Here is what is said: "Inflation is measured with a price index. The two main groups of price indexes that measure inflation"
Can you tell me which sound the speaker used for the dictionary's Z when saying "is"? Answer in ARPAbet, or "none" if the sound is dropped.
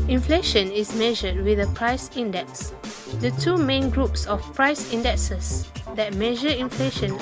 S